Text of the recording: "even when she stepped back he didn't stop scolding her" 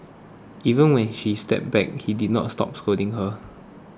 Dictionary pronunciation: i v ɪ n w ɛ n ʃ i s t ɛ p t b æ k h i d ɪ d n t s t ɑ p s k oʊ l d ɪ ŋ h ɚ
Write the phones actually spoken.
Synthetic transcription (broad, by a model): i v ɪ n w ɛ n ʃ i s t ɛ p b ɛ k h i d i d n t s t ɑ p s k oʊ d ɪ ŋ h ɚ